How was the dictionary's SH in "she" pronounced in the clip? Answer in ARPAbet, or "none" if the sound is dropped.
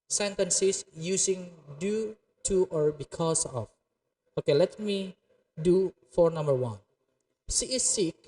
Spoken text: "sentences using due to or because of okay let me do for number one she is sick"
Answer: S